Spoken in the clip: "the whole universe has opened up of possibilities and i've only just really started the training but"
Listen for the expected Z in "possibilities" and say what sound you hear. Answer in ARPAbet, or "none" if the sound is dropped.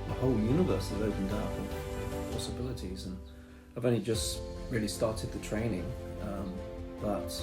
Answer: Z